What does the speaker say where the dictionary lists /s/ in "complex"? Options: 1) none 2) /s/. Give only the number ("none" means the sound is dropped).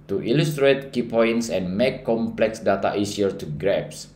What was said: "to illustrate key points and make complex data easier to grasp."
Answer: 2